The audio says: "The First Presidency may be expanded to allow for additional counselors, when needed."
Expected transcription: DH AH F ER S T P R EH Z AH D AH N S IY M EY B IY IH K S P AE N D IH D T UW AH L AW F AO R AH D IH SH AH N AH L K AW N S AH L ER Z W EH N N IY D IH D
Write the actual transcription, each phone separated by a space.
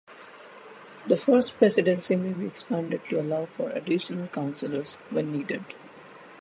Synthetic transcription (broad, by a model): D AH F ER S T P R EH S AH D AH N S IY M EY B IY IH K S P AE N D IH D T UW AH L AW F AO R AH D IH SH AH N AH L K AW N S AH L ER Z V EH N N IY D IH D